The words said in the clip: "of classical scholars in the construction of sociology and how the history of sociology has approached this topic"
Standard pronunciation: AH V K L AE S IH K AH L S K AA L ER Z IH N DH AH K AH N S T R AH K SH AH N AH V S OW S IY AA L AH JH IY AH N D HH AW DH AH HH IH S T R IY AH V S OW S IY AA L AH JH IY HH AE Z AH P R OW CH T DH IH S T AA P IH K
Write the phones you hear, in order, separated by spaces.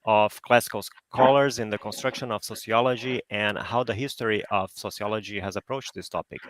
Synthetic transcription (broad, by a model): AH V K L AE S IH K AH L S K AA L ER Z IH N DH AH K AH N S T R AH K SH AH N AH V S OW S IY AA L AH JH IY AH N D HH AW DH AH HH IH S T R IY AH V S OW S IY AA L AH JH IY HH AE Z AH P R OW CH T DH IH S T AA P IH K